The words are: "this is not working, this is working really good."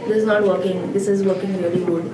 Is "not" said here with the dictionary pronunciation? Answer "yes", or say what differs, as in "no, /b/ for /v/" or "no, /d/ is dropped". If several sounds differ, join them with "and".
yes